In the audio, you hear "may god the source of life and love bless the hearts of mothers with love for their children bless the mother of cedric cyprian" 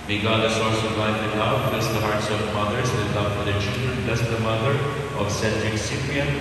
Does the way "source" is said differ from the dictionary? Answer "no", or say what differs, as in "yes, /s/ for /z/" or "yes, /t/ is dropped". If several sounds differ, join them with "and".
yes, /l/ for /ɹ/